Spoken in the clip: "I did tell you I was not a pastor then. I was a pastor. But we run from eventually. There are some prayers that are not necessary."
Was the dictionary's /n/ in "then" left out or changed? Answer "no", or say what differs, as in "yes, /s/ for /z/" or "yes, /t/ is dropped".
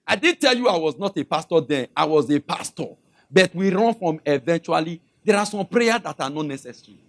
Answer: yes, /n/ is dropped